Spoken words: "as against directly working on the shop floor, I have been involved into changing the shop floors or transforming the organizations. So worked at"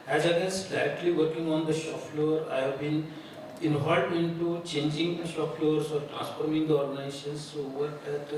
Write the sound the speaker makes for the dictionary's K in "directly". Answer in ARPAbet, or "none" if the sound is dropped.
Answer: none